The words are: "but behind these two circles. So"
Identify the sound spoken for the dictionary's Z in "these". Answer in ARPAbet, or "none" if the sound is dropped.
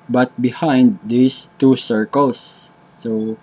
S